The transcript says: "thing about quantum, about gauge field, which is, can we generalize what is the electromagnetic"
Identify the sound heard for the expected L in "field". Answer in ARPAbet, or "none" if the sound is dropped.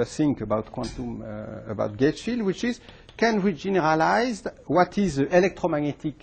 L